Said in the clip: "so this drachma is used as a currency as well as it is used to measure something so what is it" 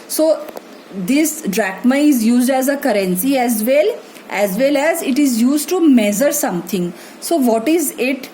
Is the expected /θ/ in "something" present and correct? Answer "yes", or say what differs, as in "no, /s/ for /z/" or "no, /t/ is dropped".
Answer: no, /t/ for /θ/